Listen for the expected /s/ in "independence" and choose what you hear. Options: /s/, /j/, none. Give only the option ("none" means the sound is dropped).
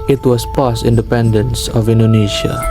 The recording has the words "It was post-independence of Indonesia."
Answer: /s/